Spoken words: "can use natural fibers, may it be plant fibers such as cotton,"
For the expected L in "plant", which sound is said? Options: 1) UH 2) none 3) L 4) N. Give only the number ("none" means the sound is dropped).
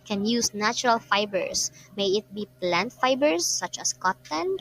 3